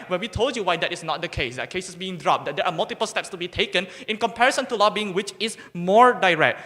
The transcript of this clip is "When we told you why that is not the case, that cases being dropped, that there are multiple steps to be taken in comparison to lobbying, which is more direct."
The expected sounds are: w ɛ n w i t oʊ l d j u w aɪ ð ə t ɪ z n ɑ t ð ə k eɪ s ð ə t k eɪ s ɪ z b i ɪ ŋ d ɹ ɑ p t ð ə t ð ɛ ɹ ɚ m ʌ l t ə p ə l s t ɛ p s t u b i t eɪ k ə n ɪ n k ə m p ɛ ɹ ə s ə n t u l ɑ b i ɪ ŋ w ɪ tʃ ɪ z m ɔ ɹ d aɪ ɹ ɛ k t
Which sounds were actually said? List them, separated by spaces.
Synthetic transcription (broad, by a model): w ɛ n w i t oʊ l d j u w aɪ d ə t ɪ s n ɑ t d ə k eɪ s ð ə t k eɪ s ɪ s b i ɪ ŋ d ɹ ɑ p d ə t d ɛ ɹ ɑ m ʌ l t ə p ə l s t ɛ p s t u b i t eɪ k ə n ɪ n k ə m p ɛ ɹ ə s ə n t u l ɑ b i ɪ ŋ w ɪ tʃ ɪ s m ɔ ɹ d aɪ ɹ ɛ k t